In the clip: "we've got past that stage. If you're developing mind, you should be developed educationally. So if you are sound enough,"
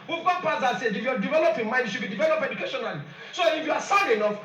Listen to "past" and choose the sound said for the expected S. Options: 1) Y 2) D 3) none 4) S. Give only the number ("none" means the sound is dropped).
3